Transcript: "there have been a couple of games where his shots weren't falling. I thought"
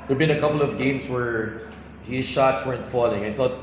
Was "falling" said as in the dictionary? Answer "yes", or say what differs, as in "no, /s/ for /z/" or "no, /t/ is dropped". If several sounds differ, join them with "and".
yes